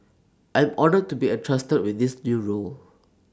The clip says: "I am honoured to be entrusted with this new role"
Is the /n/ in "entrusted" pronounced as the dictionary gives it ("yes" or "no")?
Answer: no